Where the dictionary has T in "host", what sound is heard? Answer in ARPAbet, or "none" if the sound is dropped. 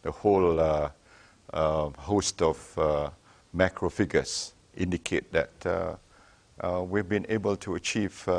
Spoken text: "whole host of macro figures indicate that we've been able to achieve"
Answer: T